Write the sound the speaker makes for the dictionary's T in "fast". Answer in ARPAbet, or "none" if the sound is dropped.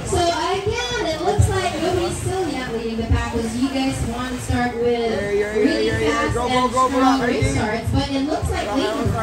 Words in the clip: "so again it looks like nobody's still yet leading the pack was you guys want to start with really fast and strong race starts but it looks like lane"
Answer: none